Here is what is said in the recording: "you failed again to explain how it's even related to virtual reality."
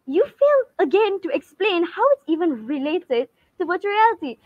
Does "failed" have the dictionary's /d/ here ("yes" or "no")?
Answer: no